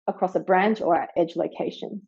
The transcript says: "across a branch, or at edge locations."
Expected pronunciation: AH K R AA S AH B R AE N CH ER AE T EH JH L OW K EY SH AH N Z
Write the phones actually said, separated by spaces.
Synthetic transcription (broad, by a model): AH K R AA S AH B R AE N CH ER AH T EH JH L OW K EY SH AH N